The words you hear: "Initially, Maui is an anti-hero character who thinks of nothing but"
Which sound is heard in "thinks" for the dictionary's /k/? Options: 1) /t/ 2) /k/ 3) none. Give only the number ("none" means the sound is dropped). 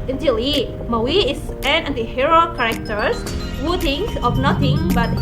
3